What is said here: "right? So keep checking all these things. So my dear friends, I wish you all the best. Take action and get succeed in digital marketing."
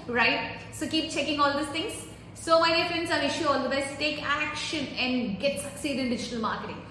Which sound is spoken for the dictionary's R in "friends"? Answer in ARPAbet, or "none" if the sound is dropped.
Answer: none